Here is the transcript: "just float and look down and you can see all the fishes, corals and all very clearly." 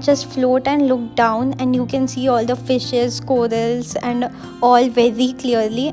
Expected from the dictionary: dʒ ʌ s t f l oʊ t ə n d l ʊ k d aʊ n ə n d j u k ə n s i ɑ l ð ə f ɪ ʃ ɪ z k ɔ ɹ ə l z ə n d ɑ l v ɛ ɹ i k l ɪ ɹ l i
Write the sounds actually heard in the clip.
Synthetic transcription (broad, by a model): dʒ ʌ s t f l oʊ t ə n d l ʊ k d aʊ n ə n d j u k ə n s i ɑ l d ə f ɪ ʃ ɪ z k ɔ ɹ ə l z ə n d ɑ l v ɛ ɹ i k l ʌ ɹ l i